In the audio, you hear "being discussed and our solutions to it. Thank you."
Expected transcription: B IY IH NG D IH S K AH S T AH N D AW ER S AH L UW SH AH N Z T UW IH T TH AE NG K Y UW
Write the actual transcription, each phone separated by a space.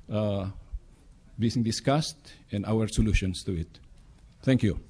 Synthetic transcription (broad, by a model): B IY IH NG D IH S K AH S T AH N D AW ER S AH L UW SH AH N S T UW IH T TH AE NG K Y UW